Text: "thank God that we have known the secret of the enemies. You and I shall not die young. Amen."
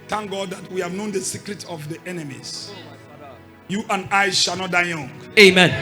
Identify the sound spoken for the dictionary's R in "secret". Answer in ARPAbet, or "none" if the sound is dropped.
R